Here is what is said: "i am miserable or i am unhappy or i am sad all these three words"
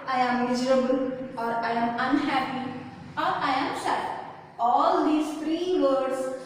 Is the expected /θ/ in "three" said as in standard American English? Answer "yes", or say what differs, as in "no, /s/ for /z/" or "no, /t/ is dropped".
no, /t/ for /θ/